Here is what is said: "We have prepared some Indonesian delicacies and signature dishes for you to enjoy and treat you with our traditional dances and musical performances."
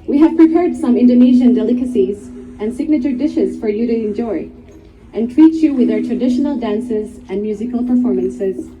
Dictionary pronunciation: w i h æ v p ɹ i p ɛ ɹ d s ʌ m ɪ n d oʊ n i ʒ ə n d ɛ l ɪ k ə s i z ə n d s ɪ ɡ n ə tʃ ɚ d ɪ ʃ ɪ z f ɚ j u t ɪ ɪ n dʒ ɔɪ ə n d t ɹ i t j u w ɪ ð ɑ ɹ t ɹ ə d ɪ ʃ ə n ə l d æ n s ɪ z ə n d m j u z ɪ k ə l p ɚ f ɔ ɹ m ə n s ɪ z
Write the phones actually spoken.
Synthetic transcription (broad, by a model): w i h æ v p ɹ i p ɛ ɹ d s ʌ m ɪ n d oʊ n i ʒ ə n d ɛ l ɪ k ə s i z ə n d s ɪ ɡ n ə tʃ ɚ d ɪ ʃ ɪ z f ɚ j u t ɪ ɪ n dʒ ɔɪ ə n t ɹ i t j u w ɪ ð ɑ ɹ t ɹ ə d ɪ ʃ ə n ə l d æ n s ɪ z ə n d m j u z ɪ k ə l p ɚ f ɔ ɹ m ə n s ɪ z